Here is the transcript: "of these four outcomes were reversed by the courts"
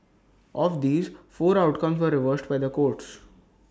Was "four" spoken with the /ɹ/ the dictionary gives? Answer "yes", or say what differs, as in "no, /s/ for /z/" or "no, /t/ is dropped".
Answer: yes